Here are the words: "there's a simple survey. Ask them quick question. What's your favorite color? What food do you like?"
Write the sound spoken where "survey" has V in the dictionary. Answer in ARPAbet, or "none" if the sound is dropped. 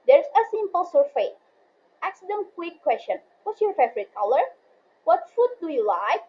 F